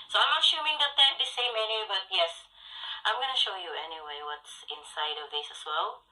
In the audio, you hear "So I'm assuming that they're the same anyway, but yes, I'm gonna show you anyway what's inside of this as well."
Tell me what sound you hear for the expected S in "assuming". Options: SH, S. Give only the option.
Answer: SH